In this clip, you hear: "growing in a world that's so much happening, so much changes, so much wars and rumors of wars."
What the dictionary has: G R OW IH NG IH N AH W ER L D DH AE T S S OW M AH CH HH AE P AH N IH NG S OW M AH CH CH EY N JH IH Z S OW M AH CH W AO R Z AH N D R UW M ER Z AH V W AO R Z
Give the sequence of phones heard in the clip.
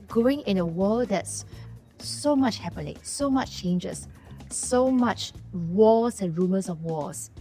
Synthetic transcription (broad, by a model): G R OW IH NG IH N AH W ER L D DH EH T S S OW M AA CH HH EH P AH L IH S OW M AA CH CH EY N JH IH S S OW M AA CH W AO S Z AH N R UW M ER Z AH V W AO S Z